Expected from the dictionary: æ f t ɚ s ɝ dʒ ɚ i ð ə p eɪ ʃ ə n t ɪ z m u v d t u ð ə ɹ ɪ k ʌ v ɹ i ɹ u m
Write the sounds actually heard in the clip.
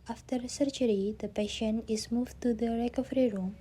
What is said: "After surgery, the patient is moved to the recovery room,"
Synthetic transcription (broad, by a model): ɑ f t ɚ s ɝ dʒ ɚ i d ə p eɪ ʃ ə n ɪ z m u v t u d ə ɹ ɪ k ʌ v ɹ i ɹ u m